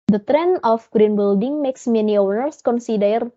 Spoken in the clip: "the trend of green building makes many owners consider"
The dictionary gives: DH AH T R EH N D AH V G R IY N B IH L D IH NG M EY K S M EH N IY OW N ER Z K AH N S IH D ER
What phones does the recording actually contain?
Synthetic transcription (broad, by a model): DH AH T R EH N AH F G R IY N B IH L D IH NG M EY K S M EH N IY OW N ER S K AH N S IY D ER